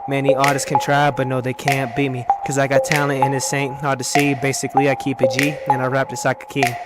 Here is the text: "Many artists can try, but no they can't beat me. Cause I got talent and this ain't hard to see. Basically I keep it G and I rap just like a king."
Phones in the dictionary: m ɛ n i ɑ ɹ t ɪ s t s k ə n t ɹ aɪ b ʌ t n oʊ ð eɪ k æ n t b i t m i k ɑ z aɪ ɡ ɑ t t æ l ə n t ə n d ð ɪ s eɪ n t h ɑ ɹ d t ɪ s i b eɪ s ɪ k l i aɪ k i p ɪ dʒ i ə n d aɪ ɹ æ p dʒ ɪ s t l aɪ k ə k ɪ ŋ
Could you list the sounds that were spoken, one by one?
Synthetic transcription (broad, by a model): m ɛ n i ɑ ɹ t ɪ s s k ə n t ɹ aɪ b ʌ t n oʊ ð eɪ k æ n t b i t m i k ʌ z aɪ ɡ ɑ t t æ ə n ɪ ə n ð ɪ s eɪ n t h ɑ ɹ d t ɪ s i b eɪ s ɪ k l i aɪ k i p ɪ dʒ i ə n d aɪ ɹ æ p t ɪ s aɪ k ə k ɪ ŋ